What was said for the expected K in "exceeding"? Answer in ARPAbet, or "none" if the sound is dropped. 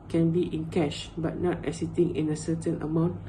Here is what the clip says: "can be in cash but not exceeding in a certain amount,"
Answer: none